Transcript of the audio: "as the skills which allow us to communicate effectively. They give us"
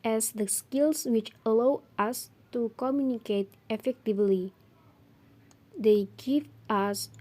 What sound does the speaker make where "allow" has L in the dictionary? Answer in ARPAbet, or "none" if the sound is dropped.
L